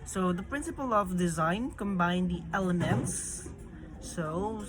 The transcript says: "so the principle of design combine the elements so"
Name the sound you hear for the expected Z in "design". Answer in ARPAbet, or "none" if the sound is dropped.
Z